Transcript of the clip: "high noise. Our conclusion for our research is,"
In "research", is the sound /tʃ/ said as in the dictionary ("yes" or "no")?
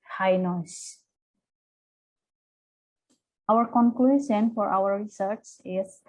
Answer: no